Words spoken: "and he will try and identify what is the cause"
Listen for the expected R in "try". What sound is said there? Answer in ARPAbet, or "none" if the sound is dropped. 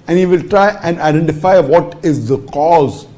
R